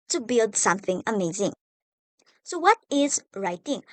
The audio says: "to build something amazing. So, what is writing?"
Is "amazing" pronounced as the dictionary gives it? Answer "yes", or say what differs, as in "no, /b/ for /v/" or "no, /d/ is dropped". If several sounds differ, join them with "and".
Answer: yes